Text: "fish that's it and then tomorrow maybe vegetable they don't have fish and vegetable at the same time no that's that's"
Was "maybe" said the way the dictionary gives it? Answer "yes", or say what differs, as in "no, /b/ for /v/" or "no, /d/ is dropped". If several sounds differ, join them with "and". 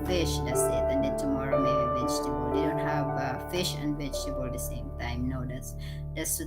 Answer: no, /b/ is dropped